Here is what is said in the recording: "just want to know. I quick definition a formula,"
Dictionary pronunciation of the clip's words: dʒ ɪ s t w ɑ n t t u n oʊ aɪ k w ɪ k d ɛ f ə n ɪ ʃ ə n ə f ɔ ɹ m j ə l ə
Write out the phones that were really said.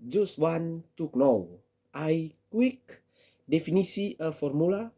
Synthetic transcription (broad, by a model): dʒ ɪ s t w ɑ n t t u n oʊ aɪ k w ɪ k d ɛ f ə n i s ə ə f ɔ ɹ m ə l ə